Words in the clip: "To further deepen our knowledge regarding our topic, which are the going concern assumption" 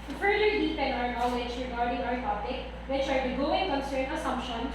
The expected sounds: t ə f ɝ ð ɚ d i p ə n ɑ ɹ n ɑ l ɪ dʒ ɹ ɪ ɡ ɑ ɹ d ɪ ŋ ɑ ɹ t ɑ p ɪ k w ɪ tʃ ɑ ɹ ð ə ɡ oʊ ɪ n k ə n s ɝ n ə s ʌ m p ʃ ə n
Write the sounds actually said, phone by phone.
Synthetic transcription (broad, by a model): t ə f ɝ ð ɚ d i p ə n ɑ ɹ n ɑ w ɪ tʃ ɹ ɪ ɡ ɑ ɹ d ɪ ŋ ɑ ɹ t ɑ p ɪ k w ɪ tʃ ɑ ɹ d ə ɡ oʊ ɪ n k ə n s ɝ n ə s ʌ m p ʃ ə n